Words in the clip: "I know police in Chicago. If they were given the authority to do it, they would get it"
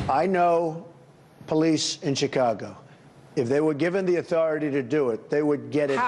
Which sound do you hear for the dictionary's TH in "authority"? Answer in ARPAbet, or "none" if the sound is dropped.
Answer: TH